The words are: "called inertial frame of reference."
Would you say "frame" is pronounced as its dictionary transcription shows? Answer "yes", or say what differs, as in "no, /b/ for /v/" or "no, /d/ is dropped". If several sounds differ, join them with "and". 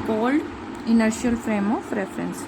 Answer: yes